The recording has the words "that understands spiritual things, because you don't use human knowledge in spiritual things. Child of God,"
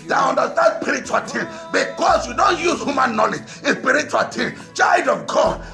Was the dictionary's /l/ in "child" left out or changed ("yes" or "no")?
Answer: yes